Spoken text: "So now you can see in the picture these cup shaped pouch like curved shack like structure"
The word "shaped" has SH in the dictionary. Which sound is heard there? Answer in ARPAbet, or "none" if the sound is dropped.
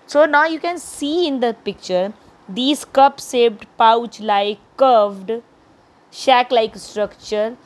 S